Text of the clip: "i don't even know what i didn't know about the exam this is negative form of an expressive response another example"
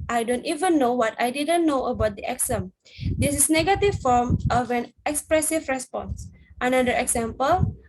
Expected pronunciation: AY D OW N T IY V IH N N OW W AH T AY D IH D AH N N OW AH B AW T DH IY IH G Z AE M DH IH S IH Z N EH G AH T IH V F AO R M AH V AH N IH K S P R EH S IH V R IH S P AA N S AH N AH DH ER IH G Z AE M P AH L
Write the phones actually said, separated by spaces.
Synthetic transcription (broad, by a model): AY D OW N T IY V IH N N OW W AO T AY D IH D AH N N OW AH B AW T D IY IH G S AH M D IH S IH S N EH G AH T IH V F AO R M AH V AH N IH K S P R EH S IH V R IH S P AA N S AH N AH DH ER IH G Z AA M P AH L